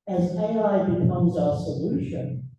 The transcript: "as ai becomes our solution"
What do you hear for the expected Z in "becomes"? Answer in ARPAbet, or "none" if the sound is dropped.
Z